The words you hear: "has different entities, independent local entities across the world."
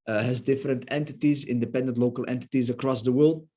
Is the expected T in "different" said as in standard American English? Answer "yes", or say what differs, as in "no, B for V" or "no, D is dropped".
yes